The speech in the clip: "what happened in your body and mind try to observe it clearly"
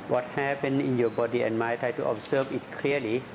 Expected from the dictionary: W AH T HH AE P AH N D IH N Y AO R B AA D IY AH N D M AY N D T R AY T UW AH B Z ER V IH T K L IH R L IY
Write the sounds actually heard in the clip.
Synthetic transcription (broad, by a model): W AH T HH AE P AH N IH N Y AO B AA D IY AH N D M AY T R AY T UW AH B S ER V IH T K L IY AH L IY